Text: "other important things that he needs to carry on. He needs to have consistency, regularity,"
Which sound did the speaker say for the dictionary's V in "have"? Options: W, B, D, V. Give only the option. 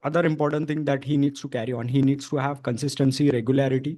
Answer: V